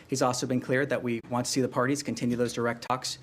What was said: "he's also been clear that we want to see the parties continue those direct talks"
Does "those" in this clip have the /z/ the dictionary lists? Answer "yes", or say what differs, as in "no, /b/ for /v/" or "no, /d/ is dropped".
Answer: yes